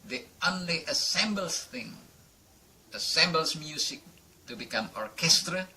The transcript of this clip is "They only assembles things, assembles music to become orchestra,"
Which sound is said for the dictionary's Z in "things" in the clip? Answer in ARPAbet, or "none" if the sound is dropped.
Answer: none